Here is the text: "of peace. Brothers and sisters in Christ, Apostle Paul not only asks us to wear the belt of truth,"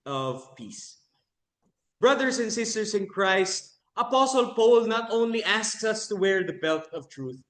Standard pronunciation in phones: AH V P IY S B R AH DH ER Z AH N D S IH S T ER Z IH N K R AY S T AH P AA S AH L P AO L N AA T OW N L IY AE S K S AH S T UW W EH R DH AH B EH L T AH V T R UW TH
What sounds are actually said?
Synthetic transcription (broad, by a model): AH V P IY S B R AH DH ER S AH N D S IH S T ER S IH N K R AY S T AH P AA S AH L P AO L N AA T OW N L IY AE S K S AH S T UW W EH R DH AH B EH L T AH V T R UW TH